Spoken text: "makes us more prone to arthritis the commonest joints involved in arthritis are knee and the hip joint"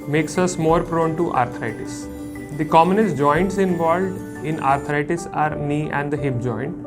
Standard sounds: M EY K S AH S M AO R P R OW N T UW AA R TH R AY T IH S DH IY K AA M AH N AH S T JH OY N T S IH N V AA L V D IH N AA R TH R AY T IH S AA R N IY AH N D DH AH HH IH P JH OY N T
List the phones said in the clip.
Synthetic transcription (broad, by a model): M EY K S AH S M AO R P R OW N T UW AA R T R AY T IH S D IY K AA M AH N AH S T JH OY N T S IH N V AA L V D IH N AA R T R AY T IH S AA R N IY AH N D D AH HH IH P JH OY N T